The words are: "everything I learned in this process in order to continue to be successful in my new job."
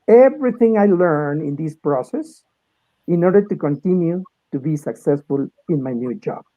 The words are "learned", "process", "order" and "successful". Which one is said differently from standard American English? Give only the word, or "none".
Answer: learned